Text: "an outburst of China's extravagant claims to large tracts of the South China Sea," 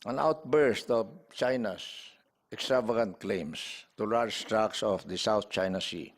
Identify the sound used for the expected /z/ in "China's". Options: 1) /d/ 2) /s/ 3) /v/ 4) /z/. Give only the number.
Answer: 2